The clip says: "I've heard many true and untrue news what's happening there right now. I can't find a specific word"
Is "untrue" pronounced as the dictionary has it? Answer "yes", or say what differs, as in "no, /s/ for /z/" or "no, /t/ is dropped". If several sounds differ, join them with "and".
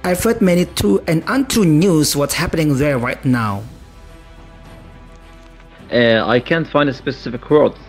no, /ɹ/ is dropped